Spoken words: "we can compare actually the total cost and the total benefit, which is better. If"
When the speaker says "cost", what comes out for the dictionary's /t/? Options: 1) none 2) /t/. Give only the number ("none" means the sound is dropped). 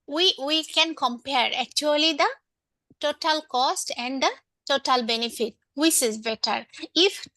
2